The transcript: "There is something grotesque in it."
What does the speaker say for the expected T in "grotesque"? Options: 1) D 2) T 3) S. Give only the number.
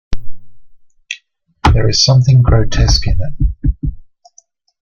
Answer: 2